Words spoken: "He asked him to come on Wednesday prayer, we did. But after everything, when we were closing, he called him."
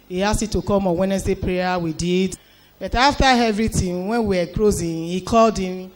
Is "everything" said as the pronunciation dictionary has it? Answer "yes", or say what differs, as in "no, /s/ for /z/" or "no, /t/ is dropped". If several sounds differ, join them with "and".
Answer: no, /t/ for /θ/